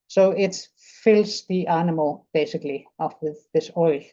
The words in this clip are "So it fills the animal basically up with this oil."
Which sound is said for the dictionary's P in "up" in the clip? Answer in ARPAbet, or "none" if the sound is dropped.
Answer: F